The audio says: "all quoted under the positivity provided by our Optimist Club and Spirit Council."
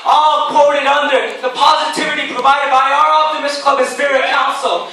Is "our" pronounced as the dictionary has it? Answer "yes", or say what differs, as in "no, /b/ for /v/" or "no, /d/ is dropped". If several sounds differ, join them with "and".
yes